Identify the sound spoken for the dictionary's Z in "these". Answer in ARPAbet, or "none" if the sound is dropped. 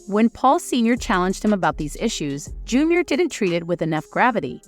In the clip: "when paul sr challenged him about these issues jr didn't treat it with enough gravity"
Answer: Z